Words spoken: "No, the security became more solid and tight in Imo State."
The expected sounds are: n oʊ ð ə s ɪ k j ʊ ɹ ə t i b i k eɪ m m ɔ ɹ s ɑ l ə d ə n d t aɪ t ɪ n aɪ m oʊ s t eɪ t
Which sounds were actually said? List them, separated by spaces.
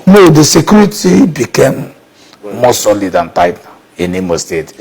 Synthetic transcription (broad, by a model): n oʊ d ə s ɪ k j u ɹ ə t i b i k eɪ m m ɔ s ɑ l ə d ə n t aɪ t ɪ n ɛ m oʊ s t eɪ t